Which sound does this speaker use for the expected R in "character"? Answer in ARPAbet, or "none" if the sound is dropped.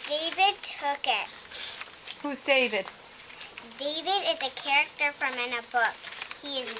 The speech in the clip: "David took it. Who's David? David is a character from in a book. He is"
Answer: R